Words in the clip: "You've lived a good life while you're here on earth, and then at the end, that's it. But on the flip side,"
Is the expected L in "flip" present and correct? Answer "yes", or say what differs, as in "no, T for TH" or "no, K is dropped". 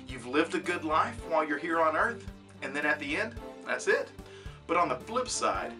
yes